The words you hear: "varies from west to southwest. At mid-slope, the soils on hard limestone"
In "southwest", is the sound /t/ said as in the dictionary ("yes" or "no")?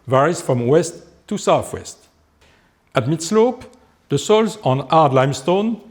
yes